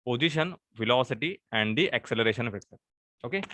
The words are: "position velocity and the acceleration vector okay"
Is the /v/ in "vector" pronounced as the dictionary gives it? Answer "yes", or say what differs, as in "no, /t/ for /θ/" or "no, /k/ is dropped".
no, /f/ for /v/